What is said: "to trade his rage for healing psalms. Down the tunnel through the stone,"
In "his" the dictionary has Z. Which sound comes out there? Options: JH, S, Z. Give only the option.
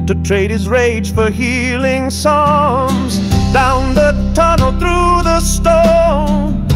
Z